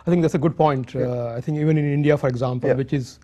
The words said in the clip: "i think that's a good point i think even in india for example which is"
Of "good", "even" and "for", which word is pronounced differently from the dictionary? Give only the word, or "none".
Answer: none